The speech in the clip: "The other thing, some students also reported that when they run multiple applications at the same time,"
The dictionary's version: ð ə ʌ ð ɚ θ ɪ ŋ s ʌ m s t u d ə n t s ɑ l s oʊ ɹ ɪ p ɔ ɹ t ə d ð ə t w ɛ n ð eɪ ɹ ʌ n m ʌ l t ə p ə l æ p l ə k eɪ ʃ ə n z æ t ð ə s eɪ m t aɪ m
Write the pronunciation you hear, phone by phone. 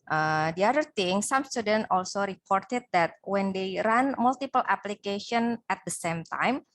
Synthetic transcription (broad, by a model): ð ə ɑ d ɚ t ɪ ŋ s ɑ m s t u d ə n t ɑ l s oʊ ɹ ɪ p ɔ ɹ t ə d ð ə t w ɛ n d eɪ ɹ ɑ n m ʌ l t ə p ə l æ p l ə k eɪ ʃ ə n æ t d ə s eɪ m t aɪ m